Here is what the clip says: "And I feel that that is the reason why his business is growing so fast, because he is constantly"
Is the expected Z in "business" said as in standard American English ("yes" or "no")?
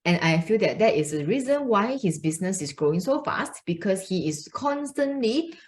no